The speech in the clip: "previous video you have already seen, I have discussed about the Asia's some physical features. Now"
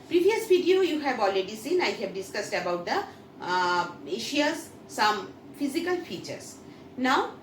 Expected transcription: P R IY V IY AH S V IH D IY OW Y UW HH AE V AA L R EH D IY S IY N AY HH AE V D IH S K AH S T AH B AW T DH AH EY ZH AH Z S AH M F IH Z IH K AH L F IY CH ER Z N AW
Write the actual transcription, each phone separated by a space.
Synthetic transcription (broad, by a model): P R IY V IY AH S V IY D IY OW Y UW HH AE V AA L R EH D IY S IY N AY HH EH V D IH S K AH S T AH B AW T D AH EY SH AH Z S AH M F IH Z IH K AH L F IY CH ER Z N AW